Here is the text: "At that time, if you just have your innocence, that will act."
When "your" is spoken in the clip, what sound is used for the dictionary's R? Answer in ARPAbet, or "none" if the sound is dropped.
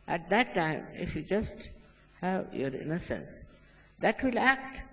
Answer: R